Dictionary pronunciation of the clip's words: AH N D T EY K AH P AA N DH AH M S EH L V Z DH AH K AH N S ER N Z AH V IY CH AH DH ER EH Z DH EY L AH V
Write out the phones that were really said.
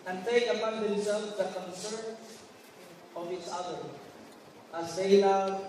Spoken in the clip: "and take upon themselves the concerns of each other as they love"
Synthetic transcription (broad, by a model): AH N T EY K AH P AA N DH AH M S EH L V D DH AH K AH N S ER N AH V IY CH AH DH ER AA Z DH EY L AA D